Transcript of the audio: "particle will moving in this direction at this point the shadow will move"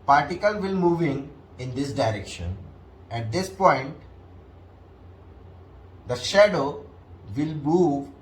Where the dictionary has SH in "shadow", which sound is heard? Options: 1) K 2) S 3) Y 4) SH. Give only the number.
4